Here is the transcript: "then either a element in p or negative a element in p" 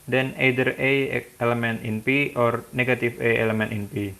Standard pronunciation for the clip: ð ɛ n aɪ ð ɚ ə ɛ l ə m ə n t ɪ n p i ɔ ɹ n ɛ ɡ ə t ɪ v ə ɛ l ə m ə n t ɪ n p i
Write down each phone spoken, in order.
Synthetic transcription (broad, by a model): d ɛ n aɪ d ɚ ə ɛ l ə m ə n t ɪ n p i ɔ ɹ n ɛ ɡ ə t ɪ f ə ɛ l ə m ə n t ɪ n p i